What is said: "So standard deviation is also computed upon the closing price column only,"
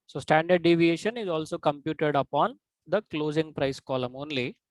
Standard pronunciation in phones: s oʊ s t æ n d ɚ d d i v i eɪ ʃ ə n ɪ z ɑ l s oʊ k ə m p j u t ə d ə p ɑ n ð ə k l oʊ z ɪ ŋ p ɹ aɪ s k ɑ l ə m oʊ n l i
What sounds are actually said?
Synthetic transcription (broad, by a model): s oʊ s t æ n d ɚ d d i v i eɪ ʃ ə n ɪ z ɑ l s oʊ k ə m p j u t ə d ə p ɑ n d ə k l oʊ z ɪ ŋ p ɹ aɪ s k ɑ l ə m oʊ n l i